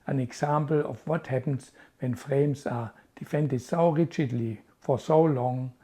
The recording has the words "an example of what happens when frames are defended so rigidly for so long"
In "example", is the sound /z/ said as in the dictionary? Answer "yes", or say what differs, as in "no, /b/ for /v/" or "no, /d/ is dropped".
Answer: no, /s/ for /z/